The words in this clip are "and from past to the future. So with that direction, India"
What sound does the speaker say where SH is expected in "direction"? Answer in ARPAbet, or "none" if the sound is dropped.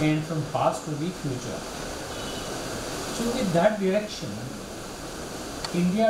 SH